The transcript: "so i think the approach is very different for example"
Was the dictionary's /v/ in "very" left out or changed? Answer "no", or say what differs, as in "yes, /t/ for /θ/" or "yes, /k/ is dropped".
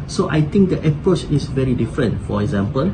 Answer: no